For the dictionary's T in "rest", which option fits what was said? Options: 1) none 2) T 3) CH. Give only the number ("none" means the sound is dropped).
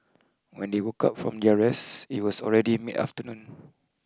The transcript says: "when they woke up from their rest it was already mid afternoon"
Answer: 1